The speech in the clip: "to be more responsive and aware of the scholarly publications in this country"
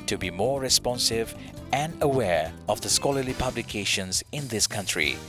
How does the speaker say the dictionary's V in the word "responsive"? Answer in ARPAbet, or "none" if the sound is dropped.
V